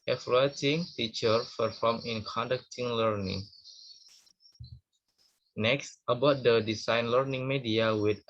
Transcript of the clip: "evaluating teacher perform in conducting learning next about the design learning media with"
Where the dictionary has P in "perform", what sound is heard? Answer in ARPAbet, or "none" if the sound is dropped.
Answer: F